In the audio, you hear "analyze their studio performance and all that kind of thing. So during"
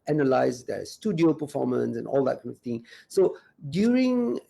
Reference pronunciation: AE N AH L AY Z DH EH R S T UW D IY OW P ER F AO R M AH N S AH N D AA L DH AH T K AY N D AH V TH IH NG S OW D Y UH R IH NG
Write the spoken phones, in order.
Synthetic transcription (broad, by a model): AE N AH L AY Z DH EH S T UW D IY OW P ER F AO M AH N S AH N AA L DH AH T K AY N AH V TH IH NG S OW D Y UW R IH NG